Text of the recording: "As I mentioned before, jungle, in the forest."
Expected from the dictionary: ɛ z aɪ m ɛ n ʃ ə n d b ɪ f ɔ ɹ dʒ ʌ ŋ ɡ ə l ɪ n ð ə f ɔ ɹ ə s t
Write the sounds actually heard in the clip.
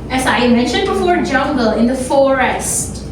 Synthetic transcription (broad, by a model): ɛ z aɪ m ɛ n ʃ ə n d b ɪ f ɔ ɹ dʒ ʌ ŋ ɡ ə l ɪ n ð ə f ɔ ɹ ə s t